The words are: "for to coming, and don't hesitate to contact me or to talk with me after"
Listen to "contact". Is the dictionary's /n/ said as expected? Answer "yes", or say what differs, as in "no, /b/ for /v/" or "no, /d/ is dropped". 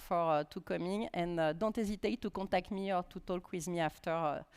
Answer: no, /n/ is dropped